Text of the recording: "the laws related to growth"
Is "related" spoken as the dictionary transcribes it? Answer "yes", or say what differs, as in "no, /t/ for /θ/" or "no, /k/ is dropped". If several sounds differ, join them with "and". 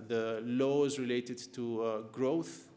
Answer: yes